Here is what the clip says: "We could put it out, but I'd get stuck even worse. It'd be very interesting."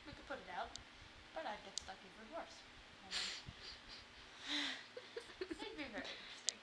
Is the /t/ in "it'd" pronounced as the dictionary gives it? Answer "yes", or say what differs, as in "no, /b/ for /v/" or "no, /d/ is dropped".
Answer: no, /s/ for /t/